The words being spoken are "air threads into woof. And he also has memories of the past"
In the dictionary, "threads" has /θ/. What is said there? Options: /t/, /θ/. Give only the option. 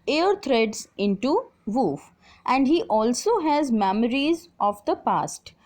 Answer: /t/